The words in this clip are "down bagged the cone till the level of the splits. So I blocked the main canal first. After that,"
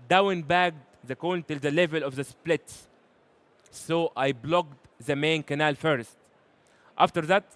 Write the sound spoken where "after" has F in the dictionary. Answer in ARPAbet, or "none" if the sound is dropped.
F